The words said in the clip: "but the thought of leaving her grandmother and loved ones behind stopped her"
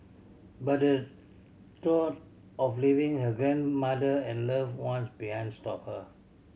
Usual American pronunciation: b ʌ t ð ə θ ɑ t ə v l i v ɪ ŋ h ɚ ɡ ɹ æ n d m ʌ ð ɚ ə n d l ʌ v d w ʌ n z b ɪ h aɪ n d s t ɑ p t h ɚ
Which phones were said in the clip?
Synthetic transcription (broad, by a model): b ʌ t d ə t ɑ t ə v l i v ɪ ŋ h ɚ ɡ ɹ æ n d m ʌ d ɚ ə n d l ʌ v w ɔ n s b ɪ h aɪ n d s t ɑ p h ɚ